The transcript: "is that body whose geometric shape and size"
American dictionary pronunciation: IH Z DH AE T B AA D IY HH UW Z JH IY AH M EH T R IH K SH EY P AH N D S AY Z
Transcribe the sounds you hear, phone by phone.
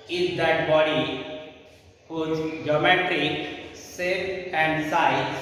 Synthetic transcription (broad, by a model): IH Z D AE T B AA D IY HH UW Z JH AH M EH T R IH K S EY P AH N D S AY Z